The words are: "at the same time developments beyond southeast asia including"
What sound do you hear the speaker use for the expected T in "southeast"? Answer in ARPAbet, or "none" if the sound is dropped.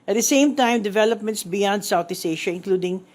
none